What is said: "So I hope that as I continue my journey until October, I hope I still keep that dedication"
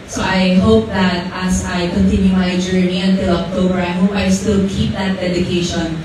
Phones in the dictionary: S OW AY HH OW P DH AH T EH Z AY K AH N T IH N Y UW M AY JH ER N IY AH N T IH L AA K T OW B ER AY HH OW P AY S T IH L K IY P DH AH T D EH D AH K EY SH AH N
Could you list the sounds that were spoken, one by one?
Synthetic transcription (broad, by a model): S OW AY HH OW P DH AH T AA S AY K AH N T IH N Y UW M AY JH ER N IY AH N T IH L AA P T OW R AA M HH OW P AY S T IH L K IY P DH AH T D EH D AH K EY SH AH N